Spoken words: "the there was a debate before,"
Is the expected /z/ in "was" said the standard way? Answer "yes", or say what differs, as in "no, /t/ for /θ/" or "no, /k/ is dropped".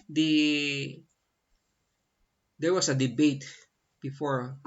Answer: no, /s/ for /z/